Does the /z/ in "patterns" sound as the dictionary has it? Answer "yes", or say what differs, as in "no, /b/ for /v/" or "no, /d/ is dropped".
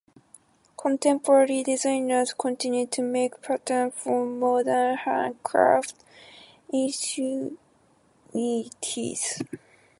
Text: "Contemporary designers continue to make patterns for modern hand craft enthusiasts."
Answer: no, /z/ is dropped